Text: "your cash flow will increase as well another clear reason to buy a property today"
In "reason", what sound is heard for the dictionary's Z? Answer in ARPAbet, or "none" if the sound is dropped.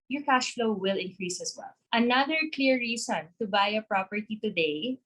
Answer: S